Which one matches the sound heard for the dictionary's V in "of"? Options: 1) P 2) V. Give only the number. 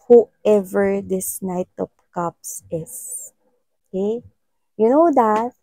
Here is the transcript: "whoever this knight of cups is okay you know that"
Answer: 1